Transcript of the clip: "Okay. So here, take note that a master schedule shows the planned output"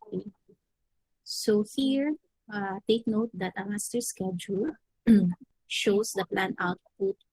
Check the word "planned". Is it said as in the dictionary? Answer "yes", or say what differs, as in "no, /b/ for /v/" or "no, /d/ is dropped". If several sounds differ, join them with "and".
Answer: no, /d/ is dropped